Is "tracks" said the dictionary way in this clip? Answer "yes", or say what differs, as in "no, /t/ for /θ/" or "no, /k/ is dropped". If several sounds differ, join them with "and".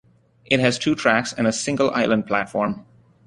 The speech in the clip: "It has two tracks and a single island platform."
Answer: yes